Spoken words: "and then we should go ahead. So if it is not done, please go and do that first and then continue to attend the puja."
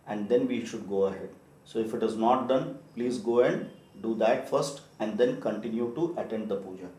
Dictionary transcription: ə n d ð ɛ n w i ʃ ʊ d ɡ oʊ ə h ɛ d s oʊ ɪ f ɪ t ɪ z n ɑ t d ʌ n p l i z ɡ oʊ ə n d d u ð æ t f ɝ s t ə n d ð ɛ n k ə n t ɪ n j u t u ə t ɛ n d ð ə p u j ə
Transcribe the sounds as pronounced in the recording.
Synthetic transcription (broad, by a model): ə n d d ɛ n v i ʃ ʊ d ɡ oʊ ə h ɛ d s oʊ ɪ f ɪ t ɪ z n ɑ t d ʌ n p l i z ɡ oʊ ə n d d u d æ t f ɝ s t ə n d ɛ n k ə n t ɪ n j u t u ə t ɛ n d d ə p u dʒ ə